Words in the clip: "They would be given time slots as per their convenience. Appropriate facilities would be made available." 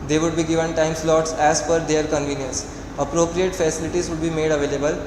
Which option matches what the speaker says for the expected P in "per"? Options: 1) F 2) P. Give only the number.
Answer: 1